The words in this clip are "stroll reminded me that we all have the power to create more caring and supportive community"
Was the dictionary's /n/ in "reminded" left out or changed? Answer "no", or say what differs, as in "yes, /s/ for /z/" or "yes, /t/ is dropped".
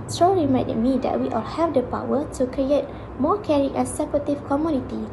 yes, /n/ is dropped